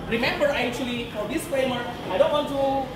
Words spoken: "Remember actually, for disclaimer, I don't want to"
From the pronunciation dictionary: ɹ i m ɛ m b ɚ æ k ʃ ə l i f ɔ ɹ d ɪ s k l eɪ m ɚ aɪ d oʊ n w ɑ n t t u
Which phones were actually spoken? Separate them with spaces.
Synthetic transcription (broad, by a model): ɹ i m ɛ m b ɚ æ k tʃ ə l i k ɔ l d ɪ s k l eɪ m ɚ aɪ d oʊ n w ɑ n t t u